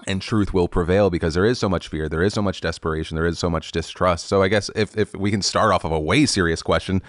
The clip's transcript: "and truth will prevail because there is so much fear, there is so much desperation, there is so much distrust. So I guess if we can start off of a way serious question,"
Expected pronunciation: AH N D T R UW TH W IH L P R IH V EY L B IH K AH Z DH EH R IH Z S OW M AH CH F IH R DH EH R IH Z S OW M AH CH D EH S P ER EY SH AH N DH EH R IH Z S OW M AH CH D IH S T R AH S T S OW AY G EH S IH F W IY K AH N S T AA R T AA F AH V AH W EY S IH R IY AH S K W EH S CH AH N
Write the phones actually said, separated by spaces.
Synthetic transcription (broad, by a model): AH N T R UW TH W IH L P R IH V EY L B IH K AH Z DH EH R IH Z S OW M AH CH F IH R DH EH R IH Z S OW M AH CH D EH S P ER EY SH N DH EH R IH Z S OW M AH CH D IH S T R AH S T S OW AY G EH S IH F W IY K AH N S T AA R T AA F AH V AH W EY S IH R IY AH S K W EH S CH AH N